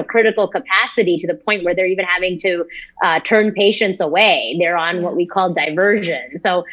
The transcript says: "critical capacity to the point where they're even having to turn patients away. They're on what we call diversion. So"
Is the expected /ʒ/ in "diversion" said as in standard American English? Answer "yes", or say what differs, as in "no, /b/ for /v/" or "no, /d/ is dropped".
yes